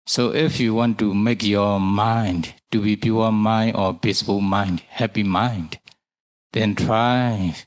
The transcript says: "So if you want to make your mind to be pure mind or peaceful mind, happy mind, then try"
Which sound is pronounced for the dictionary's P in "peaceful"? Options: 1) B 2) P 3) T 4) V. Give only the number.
1